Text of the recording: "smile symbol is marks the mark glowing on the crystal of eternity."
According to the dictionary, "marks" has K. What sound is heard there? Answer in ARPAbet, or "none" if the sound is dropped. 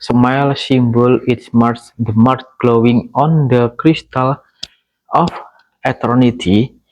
none